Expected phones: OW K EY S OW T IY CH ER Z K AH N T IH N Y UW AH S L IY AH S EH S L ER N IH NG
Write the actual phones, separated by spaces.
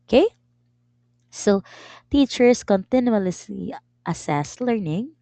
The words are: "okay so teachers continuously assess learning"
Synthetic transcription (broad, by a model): K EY S OW T IY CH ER S K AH N T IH N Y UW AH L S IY AH S EH S L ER N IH NG